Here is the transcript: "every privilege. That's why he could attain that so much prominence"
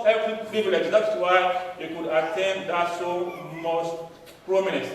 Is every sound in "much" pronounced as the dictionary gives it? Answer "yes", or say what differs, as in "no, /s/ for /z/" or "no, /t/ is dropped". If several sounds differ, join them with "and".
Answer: no, /s/ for /tʃ/